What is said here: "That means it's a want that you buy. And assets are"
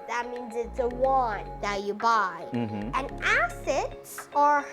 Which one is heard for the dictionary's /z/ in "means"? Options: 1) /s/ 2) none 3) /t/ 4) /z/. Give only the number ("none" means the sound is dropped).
4